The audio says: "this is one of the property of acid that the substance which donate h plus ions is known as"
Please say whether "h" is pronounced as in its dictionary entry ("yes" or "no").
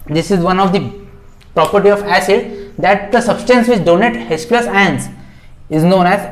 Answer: no